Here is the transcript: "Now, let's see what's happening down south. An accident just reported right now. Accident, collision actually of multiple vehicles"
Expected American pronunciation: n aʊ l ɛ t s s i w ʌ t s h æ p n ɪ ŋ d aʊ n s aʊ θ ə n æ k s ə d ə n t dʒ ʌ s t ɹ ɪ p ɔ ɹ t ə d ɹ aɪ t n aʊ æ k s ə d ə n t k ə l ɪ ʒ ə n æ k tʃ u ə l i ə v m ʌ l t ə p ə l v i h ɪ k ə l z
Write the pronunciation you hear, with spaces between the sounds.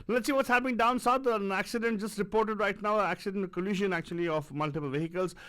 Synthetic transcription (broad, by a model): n l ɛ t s s i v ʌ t s h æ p ɪ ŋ d aʊ n s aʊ t ə n æ k s ə d ə n t dʒ ʌ s t ɹ ɪ p ɔ ɹ t ə d ɹ aɪ t n aʊ æ k s ə d ə n t k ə l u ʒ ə n æ k tʃ u ə l i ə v m ʌ l t ə p ə l v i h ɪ k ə l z